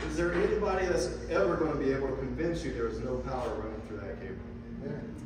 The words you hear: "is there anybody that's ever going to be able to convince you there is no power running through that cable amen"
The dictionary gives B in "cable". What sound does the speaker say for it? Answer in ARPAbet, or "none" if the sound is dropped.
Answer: none